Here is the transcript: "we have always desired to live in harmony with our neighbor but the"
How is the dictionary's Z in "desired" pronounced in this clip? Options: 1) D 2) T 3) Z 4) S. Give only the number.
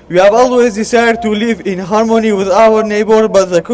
4